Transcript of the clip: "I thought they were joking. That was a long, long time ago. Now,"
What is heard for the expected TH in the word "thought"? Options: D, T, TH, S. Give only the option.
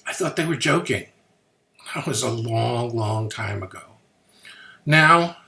TH